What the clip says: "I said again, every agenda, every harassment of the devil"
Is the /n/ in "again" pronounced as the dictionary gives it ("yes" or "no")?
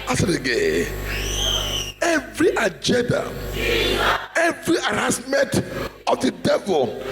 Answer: no